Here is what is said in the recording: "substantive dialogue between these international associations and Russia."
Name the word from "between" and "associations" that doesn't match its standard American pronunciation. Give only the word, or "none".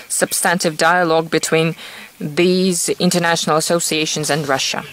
none